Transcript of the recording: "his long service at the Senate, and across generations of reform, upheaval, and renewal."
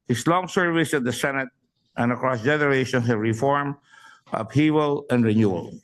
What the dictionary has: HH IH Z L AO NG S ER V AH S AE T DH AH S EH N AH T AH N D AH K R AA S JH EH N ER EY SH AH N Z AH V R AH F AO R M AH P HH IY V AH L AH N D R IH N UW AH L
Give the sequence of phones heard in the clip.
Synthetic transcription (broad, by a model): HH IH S L AO NG S ER V AH S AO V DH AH S EH N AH T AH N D AH K R AA S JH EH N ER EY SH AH N S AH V R AH F AO R M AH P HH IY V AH L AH N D R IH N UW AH L